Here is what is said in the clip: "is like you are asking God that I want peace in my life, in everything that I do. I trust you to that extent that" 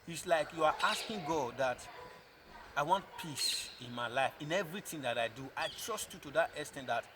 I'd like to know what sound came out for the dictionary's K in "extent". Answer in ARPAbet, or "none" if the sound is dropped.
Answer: none